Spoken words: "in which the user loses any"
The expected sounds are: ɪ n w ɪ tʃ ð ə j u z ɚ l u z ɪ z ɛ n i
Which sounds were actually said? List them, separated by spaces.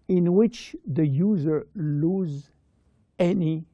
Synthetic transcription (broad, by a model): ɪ n w ɪ tʃ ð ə j u z ɚ l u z z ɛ n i